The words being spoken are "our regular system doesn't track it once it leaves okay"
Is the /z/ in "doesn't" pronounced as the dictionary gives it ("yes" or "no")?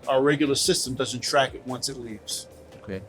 yes